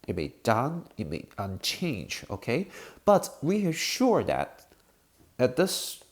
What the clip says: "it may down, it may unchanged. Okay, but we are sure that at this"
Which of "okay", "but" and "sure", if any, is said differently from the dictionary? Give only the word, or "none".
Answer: none